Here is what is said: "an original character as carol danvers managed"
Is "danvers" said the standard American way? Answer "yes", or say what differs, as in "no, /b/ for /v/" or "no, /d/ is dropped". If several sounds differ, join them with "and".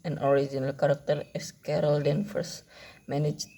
no, /f/ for /v/ and /s/ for /z/